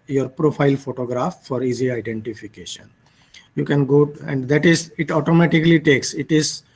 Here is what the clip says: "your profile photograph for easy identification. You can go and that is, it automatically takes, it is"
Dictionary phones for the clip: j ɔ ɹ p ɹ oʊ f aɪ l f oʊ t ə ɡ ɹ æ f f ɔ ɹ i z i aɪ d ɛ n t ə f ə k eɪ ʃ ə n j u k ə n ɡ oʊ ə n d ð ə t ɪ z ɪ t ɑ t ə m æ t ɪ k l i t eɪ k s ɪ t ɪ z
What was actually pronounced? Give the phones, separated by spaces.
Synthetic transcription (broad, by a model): j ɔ ɹ p ɹ oʊ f aɪ l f oʊ t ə ɡ ɹ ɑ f f ɔ ɹ i z i aɪ d ɛ n t ə f ə k eɪ ʃ ə n j u k ə n ɡ oʊ ə n d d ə t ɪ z ɪ t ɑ t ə m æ t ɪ k l i t eɪ k s ɪ t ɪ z